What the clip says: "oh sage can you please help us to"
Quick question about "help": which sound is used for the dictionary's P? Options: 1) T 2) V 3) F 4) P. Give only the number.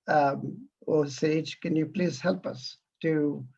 4